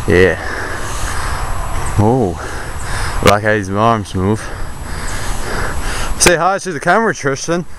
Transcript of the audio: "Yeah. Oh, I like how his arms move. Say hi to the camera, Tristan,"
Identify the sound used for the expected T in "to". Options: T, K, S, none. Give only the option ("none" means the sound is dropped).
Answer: S